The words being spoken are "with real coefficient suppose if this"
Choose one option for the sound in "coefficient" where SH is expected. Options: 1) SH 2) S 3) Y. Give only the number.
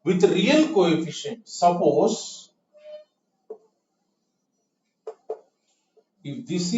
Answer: 1